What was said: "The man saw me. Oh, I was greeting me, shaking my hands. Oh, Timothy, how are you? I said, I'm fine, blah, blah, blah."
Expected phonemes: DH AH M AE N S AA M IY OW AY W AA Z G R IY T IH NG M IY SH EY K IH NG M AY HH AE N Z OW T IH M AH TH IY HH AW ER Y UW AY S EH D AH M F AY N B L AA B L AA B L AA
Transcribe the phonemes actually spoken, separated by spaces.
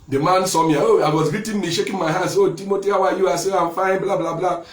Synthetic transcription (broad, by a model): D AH M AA N S AA M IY OW AY W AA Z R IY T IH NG M IY SH EY K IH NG M AY HH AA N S OW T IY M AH T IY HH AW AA Y UW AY S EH AH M F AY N B L AA B L AA B L AA